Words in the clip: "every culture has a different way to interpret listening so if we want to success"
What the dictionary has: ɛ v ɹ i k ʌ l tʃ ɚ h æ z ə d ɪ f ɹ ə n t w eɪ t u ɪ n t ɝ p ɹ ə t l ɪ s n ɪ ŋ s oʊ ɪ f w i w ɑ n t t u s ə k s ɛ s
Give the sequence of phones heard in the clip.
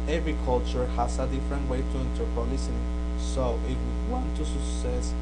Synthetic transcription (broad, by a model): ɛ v ɹ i k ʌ l tʃ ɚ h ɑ s ə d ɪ f ɹ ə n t w eɪ t u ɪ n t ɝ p ə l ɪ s ɪ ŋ s oʊ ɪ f w i w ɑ n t t u s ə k s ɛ s